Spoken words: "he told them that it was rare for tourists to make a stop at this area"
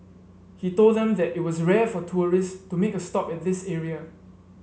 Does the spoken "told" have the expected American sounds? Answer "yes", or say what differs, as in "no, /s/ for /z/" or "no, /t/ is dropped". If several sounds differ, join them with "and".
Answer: yes